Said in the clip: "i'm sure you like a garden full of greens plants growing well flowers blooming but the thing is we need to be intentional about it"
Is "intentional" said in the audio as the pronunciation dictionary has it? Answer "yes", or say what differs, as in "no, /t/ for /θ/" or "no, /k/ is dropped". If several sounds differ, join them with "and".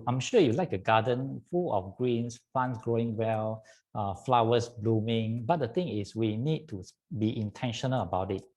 yes